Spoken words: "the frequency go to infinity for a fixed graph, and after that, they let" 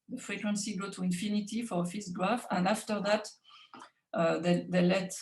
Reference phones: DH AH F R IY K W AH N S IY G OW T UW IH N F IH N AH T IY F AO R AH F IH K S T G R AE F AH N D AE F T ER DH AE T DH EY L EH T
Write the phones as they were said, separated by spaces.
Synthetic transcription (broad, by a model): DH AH F R IY K W AH N S IY G OW T UW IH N F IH N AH T IY F AO R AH F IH S G R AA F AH N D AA F T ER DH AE T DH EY L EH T